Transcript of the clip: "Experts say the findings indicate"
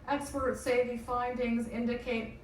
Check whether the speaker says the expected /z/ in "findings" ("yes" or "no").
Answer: yes